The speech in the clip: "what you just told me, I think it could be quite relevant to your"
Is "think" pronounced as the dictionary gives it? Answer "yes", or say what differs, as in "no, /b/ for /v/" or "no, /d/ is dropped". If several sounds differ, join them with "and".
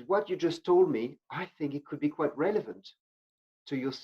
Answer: yes